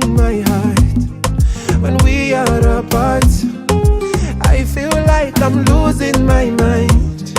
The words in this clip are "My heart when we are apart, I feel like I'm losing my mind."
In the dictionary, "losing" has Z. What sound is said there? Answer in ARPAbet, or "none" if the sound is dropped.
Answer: Z